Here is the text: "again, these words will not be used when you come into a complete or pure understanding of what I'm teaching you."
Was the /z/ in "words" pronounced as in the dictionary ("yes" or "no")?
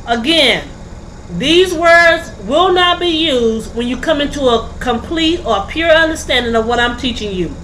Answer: yes